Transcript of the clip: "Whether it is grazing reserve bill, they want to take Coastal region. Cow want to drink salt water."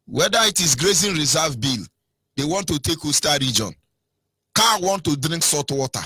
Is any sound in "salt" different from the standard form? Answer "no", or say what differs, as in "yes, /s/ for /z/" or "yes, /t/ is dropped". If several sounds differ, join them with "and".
yes, /l/ is dropped